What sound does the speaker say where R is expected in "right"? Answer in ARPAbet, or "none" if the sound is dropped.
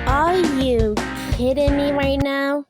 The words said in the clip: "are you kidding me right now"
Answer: R